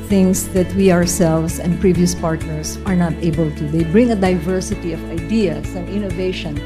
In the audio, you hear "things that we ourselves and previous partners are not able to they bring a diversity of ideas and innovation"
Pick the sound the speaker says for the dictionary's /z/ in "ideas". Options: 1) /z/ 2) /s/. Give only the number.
2